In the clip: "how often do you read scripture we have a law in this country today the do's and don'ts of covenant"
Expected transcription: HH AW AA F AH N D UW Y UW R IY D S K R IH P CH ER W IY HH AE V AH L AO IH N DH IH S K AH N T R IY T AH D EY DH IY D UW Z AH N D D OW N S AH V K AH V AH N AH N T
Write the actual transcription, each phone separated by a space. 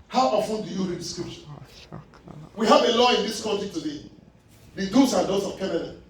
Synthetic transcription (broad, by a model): HH AW AA F AH N D UW Y UW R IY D S K R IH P SH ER W IY HH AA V AH L AO IH N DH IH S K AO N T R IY T AH D EY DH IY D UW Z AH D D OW S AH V K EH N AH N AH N